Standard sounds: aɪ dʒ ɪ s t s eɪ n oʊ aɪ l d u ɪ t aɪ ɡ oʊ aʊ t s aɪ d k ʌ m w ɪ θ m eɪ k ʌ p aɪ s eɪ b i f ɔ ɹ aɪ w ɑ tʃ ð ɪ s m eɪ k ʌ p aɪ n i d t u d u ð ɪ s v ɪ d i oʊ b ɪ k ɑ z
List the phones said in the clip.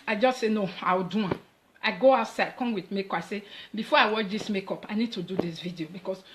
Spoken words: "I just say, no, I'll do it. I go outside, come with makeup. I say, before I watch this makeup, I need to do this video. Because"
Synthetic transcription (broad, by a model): aɪ dʒ ɪ s t s eɪ n oʊ aɪ w d u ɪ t aɪ ɡ oʊ aʊ t s aɪ d k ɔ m w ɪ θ m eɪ k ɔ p aɪ s eɪ b i f ɔ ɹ aɪ w ɑ tʃ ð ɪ s m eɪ k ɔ p aɪ n i d t u d u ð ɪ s v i d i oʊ b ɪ k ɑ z